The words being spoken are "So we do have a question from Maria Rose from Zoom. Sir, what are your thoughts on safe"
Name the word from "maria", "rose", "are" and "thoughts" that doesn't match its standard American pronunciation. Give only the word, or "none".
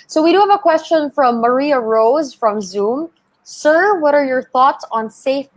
none